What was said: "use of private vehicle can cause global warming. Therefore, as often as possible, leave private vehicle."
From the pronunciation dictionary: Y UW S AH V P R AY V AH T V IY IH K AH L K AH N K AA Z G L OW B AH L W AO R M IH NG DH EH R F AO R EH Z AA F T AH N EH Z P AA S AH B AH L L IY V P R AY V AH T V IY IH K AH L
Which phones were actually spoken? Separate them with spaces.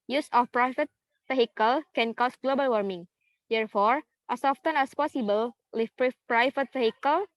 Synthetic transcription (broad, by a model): Y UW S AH F P R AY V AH T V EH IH K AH L K AH N K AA S G L OW B AH L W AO R M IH NG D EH R F AO R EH S AA F T AH N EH S P AA S AH B AH L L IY P P R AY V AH T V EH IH K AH L